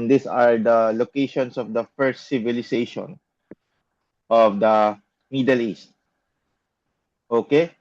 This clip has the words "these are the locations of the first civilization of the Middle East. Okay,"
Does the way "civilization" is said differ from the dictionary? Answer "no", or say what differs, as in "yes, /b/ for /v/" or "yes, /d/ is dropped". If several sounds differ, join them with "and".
yes, /s/ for /z/